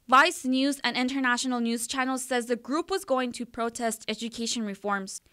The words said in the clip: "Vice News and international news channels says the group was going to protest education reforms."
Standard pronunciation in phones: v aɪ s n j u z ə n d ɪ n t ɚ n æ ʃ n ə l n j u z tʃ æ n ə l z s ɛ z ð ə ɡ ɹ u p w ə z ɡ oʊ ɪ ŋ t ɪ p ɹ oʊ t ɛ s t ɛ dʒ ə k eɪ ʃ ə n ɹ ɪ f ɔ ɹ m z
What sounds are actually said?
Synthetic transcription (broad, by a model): v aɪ s n j u z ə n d ɪ n t ɚ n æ ʃ n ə l n j u z tʃ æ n l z s ɛ z ð ə ɡ ɹ u p w ə z ɡ oʊ ɪ ŋ t ɪ p ɹ oʊ t ɛ s t ɛ dʒ ə k eɪ ʃ ə n ɹ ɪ f ɔ ɹ m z